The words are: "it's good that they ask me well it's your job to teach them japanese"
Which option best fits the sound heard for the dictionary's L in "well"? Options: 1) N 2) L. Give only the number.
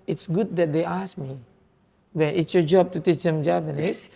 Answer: 1